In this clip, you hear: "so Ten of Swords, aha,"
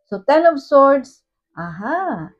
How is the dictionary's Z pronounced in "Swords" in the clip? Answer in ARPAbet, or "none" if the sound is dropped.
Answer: S